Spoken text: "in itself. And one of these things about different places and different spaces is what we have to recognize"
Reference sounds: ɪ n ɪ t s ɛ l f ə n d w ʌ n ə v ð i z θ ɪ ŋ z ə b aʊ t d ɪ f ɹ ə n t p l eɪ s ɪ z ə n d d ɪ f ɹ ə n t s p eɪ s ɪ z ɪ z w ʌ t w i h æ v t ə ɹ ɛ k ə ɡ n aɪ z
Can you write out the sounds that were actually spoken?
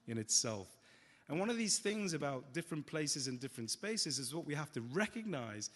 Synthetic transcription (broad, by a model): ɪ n ɪ t s ɛ l f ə n w ʌ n ə v ð i z θ ɪ ŋ z ə b aʊ t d ɪ f ɹ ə n p l eɪ s ɪ z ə n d d ɪ f ɹ ə n t s p eɪ s ɪ z ɪ z w ʌ t w i h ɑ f t ə ɹ ɛ k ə ɡ n aɪ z